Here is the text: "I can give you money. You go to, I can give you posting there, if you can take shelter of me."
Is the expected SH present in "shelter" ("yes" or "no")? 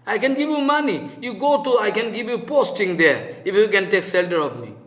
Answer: no